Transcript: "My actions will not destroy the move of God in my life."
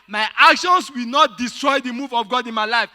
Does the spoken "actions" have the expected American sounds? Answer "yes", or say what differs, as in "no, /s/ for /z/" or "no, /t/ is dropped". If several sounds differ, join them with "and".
no, /s/ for /z/